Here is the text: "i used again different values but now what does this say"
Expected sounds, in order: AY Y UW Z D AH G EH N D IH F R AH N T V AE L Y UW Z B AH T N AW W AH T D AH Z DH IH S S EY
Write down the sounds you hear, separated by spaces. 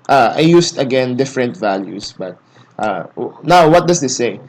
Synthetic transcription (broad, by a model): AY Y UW S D AH G EH N D IH F R AH N T V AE L Y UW S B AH T N AW W AH T D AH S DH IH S S EY